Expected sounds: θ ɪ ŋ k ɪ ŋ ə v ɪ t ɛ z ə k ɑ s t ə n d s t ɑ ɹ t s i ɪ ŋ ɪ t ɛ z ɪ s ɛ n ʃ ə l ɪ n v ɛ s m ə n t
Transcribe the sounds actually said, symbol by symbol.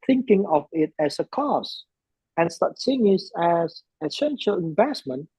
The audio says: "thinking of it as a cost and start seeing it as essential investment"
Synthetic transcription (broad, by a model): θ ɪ ŋ k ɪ ŋ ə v ɪ t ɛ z ə k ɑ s ə n s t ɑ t s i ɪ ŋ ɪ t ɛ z ɪ s ɛ n ʃ ə l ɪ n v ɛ s m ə n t